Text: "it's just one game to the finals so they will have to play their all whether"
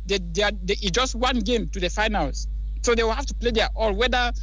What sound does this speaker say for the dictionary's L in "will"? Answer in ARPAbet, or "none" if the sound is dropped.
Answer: L